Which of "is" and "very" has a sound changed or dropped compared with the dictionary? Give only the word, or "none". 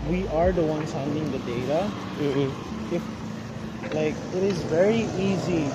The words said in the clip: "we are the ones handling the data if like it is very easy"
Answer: none